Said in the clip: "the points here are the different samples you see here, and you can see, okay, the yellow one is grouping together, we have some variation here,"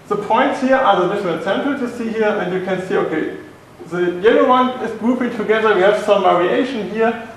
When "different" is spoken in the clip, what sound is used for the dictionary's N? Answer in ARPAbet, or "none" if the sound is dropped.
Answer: L